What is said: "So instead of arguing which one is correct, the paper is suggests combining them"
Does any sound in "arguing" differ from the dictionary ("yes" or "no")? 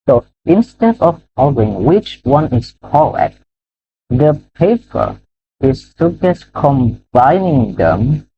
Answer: yes